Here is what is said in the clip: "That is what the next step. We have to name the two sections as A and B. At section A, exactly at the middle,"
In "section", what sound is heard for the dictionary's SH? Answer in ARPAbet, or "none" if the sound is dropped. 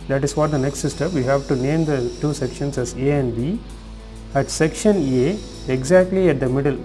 SH